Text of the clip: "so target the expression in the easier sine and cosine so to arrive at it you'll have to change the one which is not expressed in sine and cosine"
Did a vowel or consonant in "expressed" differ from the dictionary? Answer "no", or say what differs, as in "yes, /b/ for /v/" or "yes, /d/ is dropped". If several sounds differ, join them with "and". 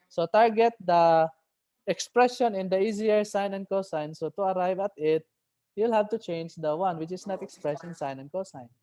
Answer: yes, /t/ is dropped